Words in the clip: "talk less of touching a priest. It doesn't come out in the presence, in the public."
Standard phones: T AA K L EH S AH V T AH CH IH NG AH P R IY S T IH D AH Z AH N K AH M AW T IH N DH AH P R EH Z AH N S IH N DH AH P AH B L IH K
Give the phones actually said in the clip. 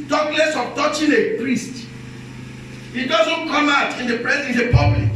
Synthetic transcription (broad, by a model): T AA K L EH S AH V T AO CH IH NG AH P R IY S T IH D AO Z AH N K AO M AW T IH N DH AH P R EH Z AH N IH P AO B L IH K